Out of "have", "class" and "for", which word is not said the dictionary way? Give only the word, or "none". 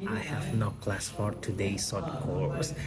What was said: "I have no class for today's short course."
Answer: none